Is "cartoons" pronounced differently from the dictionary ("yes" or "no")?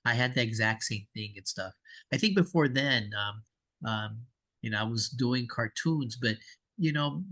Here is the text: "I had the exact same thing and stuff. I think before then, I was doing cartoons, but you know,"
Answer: no